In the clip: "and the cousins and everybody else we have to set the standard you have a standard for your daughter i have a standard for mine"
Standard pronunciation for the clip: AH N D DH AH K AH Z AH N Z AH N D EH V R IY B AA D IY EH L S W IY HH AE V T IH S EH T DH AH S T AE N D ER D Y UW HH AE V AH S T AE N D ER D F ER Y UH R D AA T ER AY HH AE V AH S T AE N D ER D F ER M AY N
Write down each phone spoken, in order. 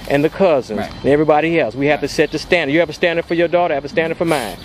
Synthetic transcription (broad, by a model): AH N DH AH K AH Z AH N Z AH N EH V R IY B AA D IY EH L S W IY HH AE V T IH S EH T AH S T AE N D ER Y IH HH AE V AH S T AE N D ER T F ER Y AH R D AA T ER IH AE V AH S T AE N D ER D F ER M AY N